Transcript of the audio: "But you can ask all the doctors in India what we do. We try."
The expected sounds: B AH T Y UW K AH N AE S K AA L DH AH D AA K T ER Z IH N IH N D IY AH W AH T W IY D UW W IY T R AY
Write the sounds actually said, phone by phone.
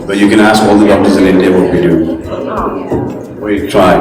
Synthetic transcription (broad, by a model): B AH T Y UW K AH N AE S K AA L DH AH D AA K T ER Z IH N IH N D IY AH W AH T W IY D UW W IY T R AY